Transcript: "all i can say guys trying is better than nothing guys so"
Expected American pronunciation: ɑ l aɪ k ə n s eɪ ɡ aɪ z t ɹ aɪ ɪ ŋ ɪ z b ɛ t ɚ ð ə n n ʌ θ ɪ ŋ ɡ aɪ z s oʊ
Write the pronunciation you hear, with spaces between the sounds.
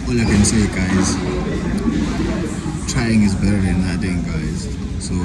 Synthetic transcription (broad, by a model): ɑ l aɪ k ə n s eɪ ɡ aɪ z t ɹ aɪ ɪ ŋ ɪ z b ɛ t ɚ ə n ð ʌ t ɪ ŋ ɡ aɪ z s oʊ